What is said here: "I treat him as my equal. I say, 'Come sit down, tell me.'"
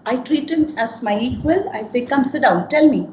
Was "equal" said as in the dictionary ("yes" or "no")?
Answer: no